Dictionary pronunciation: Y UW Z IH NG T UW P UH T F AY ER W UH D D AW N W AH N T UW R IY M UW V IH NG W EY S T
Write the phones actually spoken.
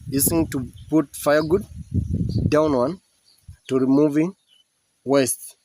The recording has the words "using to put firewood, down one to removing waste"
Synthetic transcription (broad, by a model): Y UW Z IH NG T UW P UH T F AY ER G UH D D AW N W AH N T UW R IY M UW V IH NG W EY S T